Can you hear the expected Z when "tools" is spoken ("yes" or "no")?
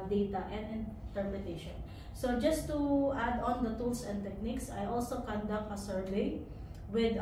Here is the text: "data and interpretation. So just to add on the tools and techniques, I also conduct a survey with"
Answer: no